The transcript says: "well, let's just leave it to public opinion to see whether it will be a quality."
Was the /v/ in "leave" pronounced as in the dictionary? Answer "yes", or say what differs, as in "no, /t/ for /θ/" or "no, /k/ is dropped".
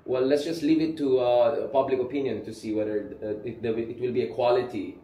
yes